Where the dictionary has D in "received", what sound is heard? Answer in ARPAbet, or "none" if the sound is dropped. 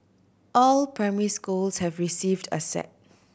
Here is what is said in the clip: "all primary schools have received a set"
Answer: D